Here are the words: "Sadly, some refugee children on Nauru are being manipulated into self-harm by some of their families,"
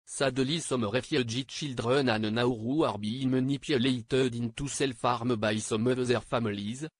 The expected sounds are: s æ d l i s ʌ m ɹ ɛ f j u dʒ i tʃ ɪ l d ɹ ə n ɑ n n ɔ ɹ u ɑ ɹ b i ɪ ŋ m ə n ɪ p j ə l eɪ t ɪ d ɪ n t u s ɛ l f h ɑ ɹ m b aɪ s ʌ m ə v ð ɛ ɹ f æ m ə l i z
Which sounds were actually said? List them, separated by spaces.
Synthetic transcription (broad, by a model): s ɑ d l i s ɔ m ɹ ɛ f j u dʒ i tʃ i l d ɹ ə n ɑ n n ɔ ɹ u ɑ ɹ b i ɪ m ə n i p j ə l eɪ t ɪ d ɪ n t u s ɛ l f ɑ ɹ m b aɪ s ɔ m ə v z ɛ ɹ f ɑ m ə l i z